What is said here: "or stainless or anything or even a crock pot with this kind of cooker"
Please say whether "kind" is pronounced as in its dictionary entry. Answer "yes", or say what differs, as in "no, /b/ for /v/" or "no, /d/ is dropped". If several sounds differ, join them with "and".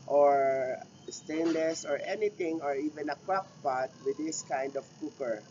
yes